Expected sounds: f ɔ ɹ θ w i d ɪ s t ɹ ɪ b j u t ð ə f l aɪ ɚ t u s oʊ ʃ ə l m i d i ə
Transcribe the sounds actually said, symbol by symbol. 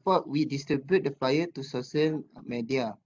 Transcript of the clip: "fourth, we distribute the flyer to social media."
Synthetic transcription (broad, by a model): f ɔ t w i d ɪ s t ɹ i b j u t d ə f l aɪ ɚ t u s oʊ s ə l m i d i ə